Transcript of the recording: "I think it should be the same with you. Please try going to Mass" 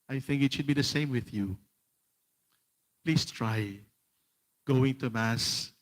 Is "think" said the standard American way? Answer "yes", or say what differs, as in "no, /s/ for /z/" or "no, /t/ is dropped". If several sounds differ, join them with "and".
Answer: yes